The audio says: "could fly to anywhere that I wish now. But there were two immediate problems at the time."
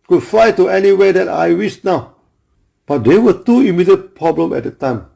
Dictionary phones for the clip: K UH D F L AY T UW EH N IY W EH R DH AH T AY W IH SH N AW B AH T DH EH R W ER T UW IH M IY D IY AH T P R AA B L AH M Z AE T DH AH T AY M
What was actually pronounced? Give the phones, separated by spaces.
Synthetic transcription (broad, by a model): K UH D F AY T UW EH N IY W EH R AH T AY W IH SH N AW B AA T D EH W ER T UW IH M IY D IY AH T P R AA B L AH M EH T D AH T AY M